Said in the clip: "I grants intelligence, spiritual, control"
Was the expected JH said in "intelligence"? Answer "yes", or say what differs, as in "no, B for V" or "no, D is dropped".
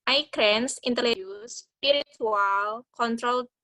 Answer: no, JH is dropped